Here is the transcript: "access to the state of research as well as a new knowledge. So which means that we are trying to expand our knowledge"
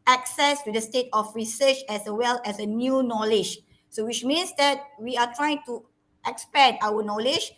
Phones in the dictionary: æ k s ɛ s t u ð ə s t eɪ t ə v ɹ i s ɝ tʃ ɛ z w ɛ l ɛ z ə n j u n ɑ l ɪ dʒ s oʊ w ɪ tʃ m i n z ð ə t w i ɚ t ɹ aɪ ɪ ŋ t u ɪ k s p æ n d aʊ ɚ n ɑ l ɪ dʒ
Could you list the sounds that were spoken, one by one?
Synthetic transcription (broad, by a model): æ k s ɛ s t u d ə s t eɪ t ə f ɹ i s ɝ tʃ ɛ s w ɛ l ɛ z ə n j u n ɑ l ɪ dʒ s oʊ w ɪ tʃ m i n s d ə t w i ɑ t ɹ aɪ ɪ ŋ t u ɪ k s p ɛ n aʊ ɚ n ɑ l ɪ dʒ